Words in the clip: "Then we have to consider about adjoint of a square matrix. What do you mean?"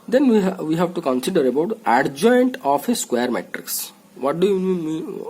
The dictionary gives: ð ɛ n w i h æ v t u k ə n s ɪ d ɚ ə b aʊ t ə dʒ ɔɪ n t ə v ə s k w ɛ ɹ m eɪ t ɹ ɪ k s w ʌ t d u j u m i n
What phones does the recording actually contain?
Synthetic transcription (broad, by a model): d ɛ n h i h æ v t u k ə n s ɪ d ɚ ə b aʊ t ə dʒ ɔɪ n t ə p ə s k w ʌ ɹ m eɪ t ɹ ɪ k s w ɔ t d u j u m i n